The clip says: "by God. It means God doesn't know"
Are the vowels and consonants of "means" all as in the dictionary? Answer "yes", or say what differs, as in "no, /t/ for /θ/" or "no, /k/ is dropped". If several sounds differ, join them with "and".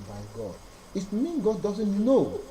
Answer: no, /z/ is dropped